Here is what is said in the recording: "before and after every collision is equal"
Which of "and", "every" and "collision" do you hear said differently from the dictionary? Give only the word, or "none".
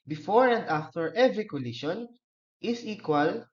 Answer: collision